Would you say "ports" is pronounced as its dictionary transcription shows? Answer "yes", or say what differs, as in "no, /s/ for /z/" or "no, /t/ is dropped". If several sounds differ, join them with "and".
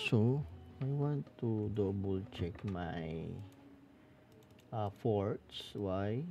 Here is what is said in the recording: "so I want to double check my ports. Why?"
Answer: no, /f/ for /p/